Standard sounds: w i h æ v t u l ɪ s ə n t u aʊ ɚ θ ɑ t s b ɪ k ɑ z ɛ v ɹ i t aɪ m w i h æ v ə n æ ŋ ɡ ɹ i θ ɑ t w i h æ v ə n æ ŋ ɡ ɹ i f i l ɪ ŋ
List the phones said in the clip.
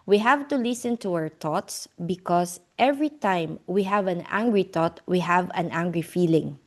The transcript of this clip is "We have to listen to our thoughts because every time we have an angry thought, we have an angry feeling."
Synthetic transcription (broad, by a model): w i h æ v t u l ɪ s ə n t u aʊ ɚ t ɑ t s b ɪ k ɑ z ɛ v ɹ i t aɪ m w i h æ v ə n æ ŋ ɡ ɹ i t ɑ t w i h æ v ə n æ ŋ ɡ ɹ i f i l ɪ ŋ